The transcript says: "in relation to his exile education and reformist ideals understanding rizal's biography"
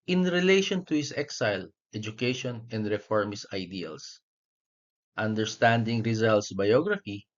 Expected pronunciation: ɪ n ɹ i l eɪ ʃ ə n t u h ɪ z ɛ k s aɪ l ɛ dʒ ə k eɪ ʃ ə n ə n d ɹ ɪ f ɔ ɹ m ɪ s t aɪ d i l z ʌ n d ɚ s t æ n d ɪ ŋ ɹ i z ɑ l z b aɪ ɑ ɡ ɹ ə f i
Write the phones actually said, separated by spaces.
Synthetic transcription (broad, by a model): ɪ n ɹ i l eɪ ʃ ə n t u h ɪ s ɛ k s aɪ l ɛ dʒ ə k eɪ ʃ ə n ə n d ɹ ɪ f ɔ ɹ m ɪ s aɪ d i l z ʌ n d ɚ s t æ n d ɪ ŋ ɹ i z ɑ l s b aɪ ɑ ɡ ɹ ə f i